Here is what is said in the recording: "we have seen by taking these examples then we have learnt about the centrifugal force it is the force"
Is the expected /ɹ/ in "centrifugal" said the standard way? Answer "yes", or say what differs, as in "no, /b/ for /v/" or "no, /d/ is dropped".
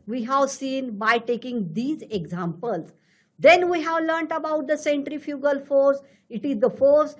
yes